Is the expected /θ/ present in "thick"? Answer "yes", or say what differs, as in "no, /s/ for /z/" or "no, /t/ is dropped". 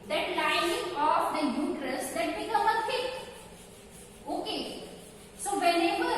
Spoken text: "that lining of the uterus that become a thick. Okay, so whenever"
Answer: no, /f/ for /θ/